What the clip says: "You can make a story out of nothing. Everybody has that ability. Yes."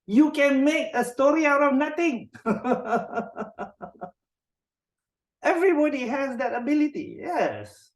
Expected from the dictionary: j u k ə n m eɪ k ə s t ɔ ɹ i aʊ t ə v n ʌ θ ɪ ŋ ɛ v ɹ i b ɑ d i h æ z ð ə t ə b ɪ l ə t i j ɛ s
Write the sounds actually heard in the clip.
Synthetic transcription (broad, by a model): j u k ə n m eɪ k ə s t ɔ ɹ i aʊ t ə n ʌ t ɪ ŋ ɛ v ɹ i b ɑ d i h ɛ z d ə t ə b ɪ l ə t i j ɛ s